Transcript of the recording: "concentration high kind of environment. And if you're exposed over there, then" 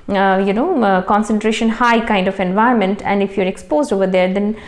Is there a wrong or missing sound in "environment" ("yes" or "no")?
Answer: yes